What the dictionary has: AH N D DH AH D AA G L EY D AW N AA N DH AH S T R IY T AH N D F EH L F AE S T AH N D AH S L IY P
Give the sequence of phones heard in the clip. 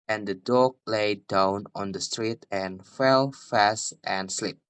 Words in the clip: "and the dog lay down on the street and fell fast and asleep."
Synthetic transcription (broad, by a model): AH N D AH D AA G L EY D AW N AA N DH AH S T R IY T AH N F EH L F AE S T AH N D S L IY P